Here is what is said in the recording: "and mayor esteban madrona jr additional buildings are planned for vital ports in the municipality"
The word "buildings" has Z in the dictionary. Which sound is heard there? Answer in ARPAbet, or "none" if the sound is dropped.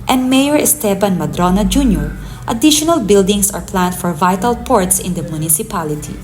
S